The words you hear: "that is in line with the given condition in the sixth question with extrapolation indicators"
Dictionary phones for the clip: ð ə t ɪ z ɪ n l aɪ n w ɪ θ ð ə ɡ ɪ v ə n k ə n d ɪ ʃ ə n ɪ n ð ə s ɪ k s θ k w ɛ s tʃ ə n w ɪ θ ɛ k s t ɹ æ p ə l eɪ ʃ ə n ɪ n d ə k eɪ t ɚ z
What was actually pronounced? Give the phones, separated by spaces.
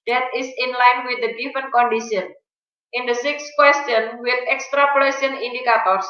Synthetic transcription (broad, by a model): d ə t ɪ s ɪ n l aɪ n w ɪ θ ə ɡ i f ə n k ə n d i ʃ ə n ɪ n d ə s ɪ k s k w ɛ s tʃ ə n w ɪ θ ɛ k s t ɹ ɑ p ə l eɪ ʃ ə n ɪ n d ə k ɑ t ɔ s